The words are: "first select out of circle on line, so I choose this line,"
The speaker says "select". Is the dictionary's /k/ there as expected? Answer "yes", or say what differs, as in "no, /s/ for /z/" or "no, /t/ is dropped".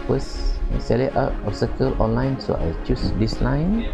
no, /k/ is dropped